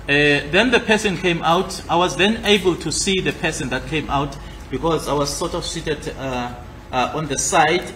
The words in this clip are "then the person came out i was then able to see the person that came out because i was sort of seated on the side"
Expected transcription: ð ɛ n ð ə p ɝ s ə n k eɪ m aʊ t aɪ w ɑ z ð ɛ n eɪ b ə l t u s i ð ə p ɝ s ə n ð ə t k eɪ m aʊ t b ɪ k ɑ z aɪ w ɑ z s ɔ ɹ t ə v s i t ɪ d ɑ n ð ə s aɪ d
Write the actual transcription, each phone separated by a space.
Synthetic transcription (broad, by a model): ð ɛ n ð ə p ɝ s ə n k eɪ m aʊ t aɪ w ɑ z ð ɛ n eɪ b ə l t u s i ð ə p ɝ s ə n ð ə t k eɪ m aʊ t b ɪ k ɑ z aɪ w ɑ z s ɔ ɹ t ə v s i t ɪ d ɑ n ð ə s aɪ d